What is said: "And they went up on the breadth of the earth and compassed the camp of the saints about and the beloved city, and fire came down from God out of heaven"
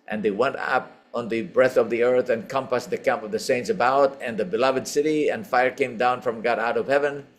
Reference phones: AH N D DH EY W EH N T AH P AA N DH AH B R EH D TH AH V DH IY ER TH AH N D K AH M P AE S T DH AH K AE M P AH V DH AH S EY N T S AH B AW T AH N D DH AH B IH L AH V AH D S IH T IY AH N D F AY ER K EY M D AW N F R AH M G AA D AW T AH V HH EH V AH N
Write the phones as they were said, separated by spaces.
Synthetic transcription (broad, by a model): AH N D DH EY W EH N T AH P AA N DH AH B R EH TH AH V DH IY ER TH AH N K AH M P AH S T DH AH K AE M P AH V DH AH S EY N T S AH B AW T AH N DH AH B IH L AH V AH D S IH T IY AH N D F AY ER K EY M D AW N F R AH M G AA D AW T AH V HH EH V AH N